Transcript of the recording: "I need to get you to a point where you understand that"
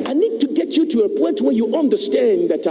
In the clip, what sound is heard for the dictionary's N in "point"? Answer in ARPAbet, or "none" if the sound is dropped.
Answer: N